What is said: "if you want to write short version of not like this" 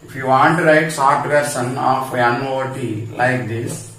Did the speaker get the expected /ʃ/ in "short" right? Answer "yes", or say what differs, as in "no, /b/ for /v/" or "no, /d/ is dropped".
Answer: no, /s/ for /ʃ/